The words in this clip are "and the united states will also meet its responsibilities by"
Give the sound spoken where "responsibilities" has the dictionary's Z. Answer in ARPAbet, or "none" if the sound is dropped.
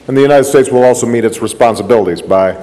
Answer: Z